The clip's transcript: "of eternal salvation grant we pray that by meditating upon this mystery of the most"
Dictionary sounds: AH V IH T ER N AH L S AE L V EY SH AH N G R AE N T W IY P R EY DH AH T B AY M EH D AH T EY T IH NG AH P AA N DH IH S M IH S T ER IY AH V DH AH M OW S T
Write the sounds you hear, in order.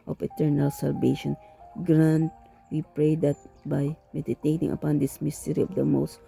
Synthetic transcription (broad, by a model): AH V IH T ER N AH L S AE L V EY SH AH N G R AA N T W IY P R EY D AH T B AY M EH D AH T EY T IH NG AH P AA N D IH S M IH S T ER IY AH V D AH M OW S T